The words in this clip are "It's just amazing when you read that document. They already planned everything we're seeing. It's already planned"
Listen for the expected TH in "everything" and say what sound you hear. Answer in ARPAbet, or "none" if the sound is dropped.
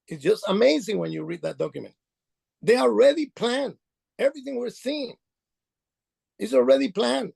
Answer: TH